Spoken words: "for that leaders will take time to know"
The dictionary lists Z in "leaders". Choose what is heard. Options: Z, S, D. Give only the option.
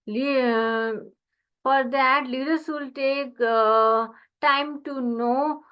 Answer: S